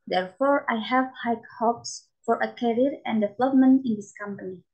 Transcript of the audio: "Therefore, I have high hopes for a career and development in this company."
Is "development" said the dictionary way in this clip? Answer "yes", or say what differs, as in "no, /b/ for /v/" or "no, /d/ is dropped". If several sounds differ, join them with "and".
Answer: no, /t/ is dropped